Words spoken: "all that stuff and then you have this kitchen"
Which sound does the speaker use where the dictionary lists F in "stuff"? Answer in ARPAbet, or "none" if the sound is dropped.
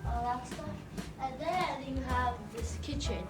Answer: none